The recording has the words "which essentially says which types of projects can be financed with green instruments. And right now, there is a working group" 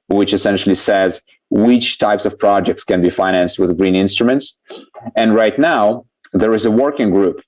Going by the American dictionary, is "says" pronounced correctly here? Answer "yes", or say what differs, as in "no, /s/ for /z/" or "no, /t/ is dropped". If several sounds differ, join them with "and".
yes